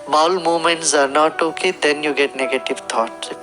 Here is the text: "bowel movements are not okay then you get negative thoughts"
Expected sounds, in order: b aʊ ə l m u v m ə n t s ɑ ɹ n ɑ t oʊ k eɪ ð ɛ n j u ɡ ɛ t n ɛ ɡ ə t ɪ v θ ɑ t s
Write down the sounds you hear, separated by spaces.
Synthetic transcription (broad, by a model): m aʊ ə l m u m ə n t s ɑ ɹ n ɑ t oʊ k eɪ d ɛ n j u ɡ ɛ t n ɛ ɡ ə t ɪ v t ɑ t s